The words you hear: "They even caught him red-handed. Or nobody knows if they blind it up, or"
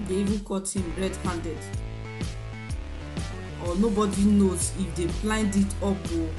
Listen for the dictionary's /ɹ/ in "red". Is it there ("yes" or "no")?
yes